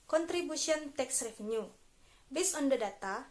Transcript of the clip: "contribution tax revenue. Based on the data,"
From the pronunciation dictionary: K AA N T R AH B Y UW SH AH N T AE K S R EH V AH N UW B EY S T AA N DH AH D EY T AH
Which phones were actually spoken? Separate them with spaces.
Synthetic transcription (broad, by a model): K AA N T R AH B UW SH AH N T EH K S R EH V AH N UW B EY S AA N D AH D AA T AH